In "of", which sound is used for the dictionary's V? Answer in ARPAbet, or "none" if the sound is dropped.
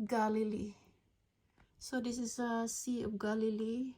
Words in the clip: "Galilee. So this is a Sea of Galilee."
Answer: P